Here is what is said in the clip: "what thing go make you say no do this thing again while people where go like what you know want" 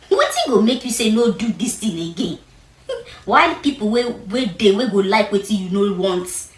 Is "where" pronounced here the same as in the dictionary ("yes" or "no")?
no